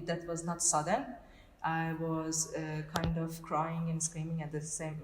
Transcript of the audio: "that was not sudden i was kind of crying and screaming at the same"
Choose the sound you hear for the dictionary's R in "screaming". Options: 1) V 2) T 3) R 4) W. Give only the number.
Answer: 3